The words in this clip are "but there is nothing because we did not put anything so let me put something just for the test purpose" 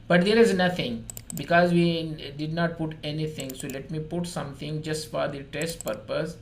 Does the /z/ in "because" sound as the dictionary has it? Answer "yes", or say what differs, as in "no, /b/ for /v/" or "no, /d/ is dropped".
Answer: yes